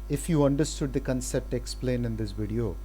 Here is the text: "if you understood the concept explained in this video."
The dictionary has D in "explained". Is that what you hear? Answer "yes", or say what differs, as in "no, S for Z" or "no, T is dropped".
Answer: no, D is dropped